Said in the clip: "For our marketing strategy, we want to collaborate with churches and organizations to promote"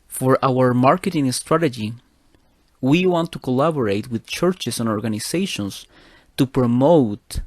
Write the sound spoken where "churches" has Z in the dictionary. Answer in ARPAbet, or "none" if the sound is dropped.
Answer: S